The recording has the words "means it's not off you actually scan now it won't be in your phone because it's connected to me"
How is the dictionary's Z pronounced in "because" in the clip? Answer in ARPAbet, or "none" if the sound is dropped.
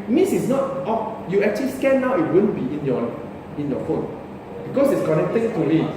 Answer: S